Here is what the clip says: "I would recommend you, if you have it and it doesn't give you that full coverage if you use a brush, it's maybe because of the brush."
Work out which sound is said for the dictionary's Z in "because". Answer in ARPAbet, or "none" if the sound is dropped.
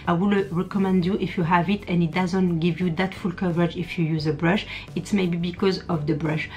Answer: Z